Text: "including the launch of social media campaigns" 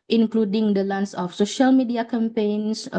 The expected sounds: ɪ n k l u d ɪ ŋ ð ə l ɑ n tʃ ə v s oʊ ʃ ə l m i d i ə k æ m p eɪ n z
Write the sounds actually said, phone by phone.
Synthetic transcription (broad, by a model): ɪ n k l u d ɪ ŋ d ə l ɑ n s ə f s oʊ ʃ ə l m i d i ə k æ m p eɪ n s